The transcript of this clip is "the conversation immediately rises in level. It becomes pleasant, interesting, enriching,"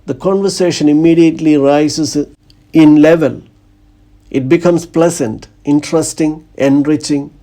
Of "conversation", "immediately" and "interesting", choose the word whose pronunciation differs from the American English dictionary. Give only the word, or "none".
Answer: none